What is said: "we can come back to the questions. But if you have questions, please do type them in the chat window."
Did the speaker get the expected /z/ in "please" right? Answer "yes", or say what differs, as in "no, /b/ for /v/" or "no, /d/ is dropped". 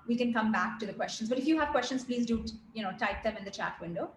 yes